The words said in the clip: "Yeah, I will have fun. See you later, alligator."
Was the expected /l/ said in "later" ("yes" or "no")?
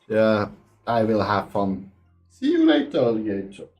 no